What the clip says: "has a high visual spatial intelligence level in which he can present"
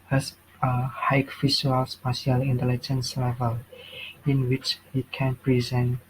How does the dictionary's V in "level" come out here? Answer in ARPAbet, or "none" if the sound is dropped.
V